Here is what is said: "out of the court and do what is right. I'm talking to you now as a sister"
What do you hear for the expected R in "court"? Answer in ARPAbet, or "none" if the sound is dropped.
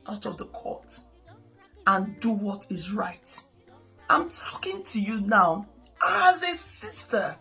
R